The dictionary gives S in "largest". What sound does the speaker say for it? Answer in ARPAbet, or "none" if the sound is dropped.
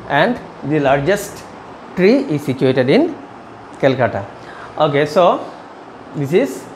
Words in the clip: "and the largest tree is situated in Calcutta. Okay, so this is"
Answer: S